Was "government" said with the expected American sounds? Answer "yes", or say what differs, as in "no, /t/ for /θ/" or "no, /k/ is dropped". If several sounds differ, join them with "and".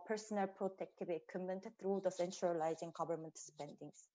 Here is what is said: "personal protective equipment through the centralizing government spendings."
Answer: no, /b/ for /v/